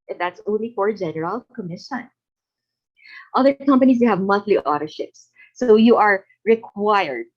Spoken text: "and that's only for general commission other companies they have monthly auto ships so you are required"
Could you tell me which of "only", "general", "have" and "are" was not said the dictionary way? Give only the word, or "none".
none